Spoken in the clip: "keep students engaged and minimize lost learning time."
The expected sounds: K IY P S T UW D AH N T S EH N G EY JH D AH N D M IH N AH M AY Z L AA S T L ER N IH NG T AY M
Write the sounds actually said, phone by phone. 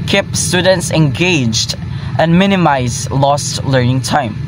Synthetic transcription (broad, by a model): K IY P S T UW D AH N T S EH N G EY JH D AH N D M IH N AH M AY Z L AA S T L ER N IH NG T AY M